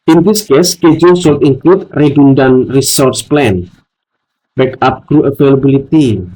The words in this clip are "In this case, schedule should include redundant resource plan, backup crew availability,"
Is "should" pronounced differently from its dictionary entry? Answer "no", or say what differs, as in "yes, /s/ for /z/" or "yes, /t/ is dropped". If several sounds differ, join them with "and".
yes, /s/ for /ʃ/